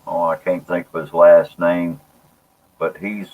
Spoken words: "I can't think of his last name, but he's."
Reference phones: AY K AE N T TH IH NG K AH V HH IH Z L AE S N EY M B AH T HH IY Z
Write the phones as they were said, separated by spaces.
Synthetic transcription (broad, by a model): AY K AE N TH IH NG K AH V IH Z L AE S N EY M B AH T HH IY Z